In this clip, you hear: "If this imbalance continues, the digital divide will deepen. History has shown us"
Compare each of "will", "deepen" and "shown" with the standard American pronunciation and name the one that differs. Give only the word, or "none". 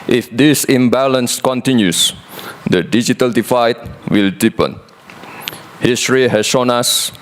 none